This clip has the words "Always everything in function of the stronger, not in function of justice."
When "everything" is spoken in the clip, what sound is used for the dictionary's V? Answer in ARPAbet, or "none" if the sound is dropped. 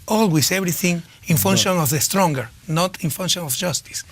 B